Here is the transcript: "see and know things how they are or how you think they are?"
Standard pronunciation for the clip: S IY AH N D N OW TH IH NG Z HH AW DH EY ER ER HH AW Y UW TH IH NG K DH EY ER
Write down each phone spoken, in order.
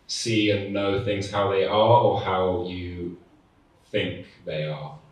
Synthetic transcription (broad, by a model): S IY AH N N OW TH IH NG Z HH AW DH EY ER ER HH AW Y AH TH IH NG K DH EY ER